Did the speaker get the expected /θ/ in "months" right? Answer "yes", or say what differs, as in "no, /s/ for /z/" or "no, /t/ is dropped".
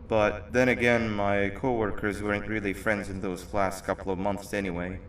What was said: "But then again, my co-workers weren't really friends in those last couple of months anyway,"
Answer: yes